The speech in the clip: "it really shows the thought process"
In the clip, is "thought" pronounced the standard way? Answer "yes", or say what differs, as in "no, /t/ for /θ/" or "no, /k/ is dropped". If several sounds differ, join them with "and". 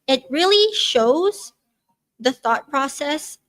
yes